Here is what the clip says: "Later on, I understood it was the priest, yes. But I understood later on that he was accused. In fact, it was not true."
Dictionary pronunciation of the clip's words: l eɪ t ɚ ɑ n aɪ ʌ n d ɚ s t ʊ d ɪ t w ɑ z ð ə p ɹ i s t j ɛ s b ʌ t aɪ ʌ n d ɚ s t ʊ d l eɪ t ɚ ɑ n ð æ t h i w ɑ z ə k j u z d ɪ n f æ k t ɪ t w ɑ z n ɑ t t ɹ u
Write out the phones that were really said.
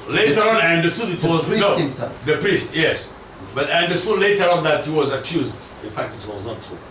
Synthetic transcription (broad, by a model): l eɪ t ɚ ɑ n aɪ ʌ n d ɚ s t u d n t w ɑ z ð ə p ɹ i s t j ɛ s b ʌ t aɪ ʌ n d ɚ s t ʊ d l eɪ t ɚ ɑ n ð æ t h i w ɑ z ə k j u z d ɪ n f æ k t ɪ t w ɑ z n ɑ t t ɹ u